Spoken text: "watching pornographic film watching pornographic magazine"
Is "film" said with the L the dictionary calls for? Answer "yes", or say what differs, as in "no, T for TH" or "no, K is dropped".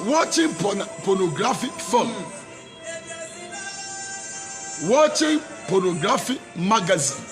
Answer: no, L is dropped